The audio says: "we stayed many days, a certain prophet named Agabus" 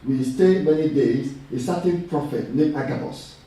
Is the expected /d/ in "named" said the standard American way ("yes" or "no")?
no